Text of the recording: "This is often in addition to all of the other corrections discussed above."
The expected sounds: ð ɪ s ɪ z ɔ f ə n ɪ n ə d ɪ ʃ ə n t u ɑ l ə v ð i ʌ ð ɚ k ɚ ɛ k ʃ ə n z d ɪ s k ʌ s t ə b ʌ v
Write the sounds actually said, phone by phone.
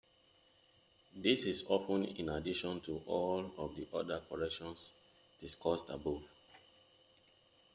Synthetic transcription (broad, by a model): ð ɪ s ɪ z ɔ p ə n ɪ n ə d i ʃ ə n t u ɑ l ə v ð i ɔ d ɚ k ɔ ɛ k ʃ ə n s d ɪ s k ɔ s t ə b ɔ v